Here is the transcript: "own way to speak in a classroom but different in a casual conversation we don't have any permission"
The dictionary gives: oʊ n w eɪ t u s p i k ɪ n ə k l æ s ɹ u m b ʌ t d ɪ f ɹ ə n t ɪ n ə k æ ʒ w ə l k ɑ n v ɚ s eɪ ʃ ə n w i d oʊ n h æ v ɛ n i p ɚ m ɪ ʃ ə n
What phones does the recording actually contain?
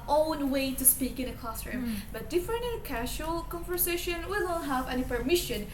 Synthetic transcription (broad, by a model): oʊ n w eɪ t u s p i k ɪ n ə k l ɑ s ɹ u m b ʌ t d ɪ f ə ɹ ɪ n ə k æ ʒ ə l k ɑ n v ɚ s eɪ ʃ ə n w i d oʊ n h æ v ɛ n i p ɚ m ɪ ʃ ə n